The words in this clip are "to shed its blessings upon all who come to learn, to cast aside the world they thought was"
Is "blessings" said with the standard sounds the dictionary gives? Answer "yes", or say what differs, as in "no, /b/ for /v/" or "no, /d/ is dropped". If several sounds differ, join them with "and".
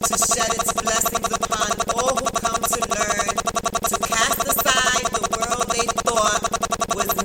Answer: yes